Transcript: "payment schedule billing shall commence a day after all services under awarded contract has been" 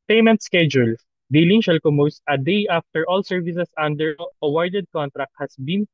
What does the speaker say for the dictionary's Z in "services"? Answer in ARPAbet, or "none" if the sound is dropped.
S